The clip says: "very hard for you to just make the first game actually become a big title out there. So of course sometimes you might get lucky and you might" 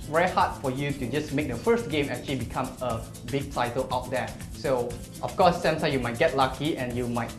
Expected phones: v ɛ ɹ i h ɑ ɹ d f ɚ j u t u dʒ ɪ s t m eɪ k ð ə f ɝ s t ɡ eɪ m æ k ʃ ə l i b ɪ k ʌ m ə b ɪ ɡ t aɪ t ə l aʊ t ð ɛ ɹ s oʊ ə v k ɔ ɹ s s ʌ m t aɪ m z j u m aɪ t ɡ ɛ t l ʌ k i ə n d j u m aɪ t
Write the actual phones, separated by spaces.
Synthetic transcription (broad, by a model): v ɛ ɹ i h ɑ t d f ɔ j u t u dʒ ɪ s m eɪ k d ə f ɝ s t ɡ eɪ m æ k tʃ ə l i b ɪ k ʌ m ə b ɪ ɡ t aɪ t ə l aʊ t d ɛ s oʊ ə f k ɔ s s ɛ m s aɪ j u m aɪ t ɡ ɛ t l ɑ k i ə n j u m aɪ t